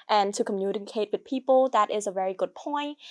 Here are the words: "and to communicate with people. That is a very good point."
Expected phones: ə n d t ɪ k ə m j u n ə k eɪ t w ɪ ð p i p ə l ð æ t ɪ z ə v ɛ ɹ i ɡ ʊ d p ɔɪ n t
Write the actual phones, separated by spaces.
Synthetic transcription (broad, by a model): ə n t ɪ k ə m j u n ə k eɪ t w ɪ ð p i p ə l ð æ t ɪ z ə v ɛ ɹ i ɡ ʊ d p ɔɪ n t